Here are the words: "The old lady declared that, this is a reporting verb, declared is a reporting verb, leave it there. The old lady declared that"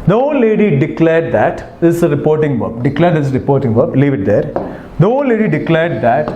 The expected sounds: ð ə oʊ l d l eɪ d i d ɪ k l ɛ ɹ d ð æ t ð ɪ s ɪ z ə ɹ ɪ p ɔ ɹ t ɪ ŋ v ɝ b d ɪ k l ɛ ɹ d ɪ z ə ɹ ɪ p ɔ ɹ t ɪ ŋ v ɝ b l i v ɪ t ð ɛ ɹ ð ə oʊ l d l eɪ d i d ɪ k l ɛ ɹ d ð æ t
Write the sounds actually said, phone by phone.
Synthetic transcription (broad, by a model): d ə oʊ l l eɪ d i d ɪ k l ɛ ɹ d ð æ t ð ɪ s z ə ɹ ɪ p ɔ ɹ t ɪ ŋ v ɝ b d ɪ k l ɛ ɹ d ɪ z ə ɹ ɪ p ɔ ɹ t ɪ ŋ v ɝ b l i v ɪ t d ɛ ɹ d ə oʊ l l eɪ d i d ɪ k l ɛ ɹ d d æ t